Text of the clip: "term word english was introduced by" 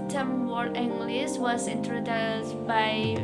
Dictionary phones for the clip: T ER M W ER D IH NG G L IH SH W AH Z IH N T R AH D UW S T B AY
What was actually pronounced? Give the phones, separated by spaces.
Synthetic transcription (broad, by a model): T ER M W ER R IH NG G L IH S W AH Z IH N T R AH D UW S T B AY